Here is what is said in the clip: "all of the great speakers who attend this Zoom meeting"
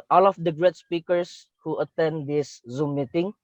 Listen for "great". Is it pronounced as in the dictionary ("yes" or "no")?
yes